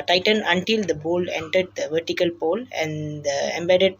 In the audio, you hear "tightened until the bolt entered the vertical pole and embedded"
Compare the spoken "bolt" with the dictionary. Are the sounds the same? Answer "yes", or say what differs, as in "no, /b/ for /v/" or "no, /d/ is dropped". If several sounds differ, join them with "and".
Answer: no, /t/ is dropped